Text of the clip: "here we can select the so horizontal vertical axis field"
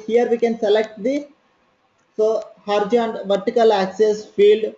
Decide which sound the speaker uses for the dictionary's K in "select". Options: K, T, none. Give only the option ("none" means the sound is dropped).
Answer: K